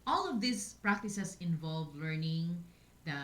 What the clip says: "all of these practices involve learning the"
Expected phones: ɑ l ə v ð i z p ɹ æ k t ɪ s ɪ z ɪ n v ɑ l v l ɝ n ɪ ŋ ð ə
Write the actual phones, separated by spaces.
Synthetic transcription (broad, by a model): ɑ l ə v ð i s p ɹ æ k t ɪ s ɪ s ɪ n v ɑ l v l ɝ n ɪ ŋ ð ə